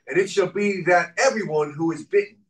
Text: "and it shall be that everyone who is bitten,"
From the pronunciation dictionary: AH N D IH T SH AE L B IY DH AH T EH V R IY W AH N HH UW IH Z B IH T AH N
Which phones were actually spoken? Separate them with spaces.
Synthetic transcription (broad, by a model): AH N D IH T SH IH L B IY DH AH T EH V R IY W AH N HH UW IH Z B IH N